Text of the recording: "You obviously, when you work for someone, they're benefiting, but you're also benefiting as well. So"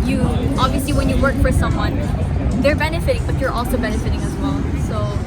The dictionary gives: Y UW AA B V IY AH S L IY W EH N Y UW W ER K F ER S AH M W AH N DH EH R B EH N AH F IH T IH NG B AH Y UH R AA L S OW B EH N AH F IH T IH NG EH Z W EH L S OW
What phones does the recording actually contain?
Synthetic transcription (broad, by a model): Y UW AA B V IY AH S L IY W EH N Y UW W ER K F ER S AH M W AH N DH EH R B EH N AH F IH T IH NG B AH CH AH R AA L S OW B EH N AH F IH T IH NG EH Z W EH L S OW